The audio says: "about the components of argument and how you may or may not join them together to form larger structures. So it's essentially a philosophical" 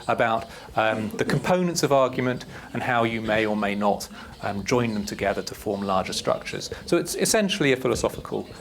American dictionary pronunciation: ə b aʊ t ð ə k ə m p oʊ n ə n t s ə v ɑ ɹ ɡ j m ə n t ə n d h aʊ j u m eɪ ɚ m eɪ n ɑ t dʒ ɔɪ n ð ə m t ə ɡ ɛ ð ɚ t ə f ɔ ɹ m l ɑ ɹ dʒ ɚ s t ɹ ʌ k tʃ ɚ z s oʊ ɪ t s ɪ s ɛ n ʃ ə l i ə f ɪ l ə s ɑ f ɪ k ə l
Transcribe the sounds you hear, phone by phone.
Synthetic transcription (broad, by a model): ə b aʊ t ð ə k ə m p oʊ n ə n t s ə v ɑ ɹ ɡ j m ə n t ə n h aʊ j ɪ m eɪ ɚ m eɪ n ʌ t dʒ ɔɪ n ð ə m t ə ɡ ɛ ð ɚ t ə f ɔ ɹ m l ɑ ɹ dʒ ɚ s t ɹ ʌ k tʃ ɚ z s oʊ ɪ t s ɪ s ɛ n ʃ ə l i ə f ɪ l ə s ɑ f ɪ k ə l